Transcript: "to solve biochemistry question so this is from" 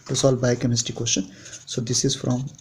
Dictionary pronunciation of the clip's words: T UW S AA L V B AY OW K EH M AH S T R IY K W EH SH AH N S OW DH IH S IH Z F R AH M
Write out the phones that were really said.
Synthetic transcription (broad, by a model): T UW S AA L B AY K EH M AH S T IY K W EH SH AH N S OW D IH S IH Z F R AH M